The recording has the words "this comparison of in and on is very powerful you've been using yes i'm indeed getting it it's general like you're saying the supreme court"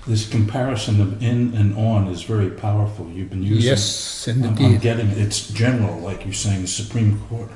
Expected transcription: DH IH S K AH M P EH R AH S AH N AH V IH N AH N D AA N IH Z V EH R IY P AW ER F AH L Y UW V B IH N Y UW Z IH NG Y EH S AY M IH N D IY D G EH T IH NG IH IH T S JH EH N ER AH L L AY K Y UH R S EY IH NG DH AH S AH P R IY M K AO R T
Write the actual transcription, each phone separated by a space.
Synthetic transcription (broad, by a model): DH IH S K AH M P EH R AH S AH N AH V IH N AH N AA N IH Z V EH R IY P AW ER F L Y UW V B IH N Y UW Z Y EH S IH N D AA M G EH T IH NG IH IH T S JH EH N ER L L AY K Y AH R S EY IH NG DH AH S AH P R IY M K AO R T